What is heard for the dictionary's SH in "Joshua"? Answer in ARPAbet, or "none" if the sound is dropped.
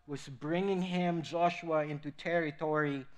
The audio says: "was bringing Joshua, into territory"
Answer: SH